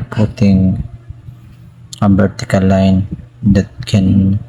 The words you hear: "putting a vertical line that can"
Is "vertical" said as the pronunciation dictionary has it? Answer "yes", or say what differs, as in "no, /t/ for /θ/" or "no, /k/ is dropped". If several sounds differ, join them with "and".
no, /b/ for /v/